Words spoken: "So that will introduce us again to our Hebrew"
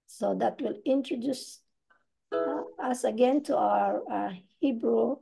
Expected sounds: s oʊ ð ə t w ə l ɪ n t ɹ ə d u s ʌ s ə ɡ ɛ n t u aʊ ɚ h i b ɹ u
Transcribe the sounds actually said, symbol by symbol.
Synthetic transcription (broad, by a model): s oʊ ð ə t w ə l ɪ n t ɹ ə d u s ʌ s ə ɡ ɛ n t u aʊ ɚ h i b ɹ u